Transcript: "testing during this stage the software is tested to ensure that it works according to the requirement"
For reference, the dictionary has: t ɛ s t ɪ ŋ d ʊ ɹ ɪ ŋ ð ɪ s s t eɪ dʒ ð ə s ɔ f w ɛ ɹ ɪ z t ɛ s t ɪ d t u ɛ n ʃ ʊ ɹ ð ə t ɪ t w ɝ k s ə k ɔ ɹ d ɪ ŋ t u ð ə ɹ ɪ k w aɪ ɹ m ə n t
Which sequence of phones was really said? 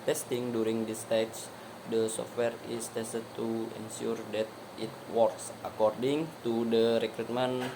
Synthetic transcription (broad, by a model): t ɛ s t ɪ ŋ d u ɹ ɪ ŋ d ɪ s s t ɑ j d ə s ɔ f w ɛ ɹ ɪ s t ɛ s t ɪ d t u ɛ n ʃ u ɹ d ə t ɪ t w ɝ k s ə k ɔ ɹ d ɪ ŋ t u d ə ɹ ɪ k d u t m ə n